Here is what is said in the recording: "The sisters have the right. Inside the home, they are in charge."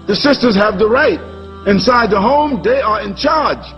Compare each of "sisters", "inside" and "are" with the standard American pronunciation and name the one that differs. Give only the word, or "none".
none